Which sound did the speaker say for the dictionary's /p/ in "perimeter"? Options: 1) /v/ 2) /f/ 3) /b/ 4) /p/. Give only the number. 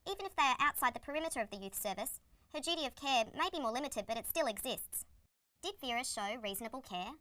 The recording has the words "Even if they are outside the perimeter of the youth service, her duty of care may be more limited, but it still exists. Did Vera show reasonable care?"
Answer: 4